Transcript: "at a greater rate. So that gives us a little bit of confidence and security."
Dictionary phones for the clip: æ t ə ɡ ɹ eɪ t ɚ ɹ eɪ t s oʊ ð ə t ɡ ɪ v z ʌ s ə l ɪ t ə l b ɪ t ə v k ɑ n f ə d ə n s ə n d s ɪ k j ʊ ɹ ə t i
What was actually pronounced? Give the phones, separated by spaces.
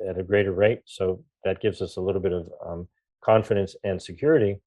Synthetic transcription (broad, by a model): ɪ t ə ɡ ɹ eɪ t ɚ ɹ eɪ t s oʊ ð ə t ɡ ɪ v z ʌ s ə l ɪ t l b ɪ t ə v k ɑ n f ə d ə n s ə n s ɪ k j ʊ ɹ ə t i